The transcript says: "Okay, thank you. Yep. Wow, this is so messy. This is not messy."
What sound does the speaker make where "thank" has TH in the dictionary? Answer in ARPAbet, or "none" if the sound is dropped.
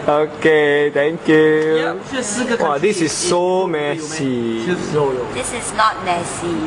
T